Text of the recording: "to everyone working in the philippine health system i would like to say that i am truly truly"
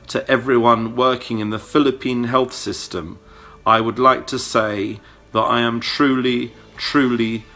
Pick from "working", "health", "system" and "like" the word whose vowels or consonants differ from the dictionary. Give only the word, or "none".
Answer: none